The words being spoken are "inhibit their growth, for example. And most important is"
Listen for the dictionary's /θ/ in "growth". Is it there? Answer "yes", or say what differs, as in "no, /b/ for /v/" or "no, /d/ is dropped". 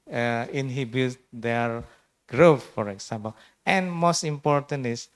no, /f/ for /θ/